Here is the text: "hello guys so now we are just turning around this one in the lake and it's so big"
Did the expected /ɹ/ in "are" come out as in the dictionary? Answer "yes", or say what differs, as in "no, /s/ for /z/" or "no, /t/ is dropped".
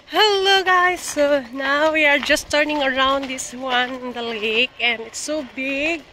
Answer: yes